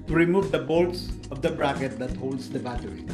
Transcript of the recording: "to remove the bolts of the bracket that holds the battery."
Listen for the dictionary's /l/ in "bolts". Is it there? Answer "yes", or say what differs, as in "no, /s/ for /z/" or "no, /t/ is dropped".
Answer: yes